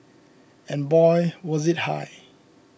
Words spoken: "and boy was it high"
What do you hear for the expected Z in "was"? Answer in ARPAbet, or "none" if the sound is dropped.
Z